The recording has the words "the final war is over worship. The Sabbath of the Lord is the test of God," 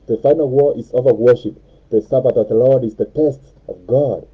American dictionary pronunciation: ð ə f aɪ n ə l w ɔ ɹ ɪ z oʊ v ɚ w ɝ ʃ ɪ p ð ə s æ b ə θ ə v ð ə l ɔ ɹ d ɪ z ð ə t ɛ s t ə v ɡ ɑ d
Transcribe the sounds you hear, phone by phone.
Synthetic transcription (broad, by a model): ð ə f aɪ n ə l w ɔ ɹ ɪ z oʊ v ɚ w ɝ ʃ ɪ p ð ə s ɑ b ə t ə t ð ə l ɔ ɹ d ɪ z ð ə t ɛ s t ə v ɡ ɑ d